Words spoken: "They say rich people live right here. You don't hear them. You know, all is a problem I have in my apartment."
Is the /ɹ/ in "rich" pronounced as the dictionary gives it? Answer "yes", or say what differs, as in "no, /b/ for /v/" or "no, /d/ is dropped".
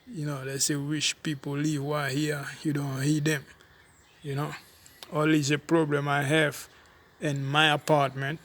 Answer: no, /w/ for /ɹ/